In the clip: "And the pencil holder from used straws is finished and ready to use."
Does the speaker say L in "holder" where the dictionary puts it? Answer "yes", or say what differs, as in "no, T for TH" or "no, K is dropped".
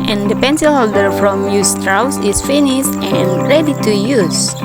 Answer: yes